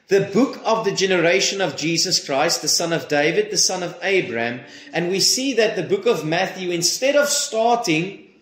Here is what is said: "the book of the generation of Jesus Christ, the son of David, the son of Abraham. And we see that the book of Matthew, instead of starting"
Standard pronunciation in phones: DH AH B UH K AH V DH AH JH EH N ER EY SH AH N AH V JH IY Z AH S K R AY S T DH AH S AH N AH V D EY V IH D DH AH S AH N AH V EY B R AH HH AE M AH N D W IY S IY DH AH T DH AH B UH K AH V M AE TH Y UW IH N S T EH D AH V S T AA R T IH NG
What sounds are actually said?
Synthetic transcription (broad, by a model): DH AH B UH K AH V DH AH JH EH N ER EY SH AH N AH V JH IY Z AH S K R AY S T DH AH S AH N AH V D EY V IH D DH AH S AH N AH V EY B R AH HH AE M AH N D W IY S IY DH AH T DH AH B UH K AH V M AE TH Y UW IH N S T EH D AH V S T AA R T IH NG